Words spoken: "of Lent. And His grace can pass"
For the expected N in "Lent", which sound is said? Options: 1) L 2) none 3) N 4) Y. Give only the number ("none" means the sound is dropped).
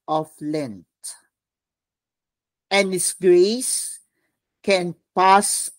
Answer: 3